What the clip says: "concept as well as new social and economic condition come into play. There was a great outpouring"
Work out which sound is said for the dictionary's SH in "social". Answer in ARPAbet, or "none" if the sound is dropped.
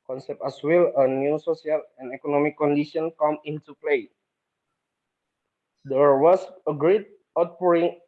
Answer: S